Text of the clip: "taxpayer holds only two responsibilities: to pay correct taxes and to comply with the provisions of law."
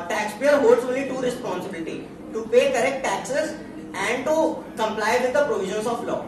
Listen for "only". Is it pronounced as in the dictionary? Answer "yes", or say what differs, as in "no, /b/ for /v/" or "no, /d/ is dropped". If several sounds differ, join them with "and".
no, /n/ is dropped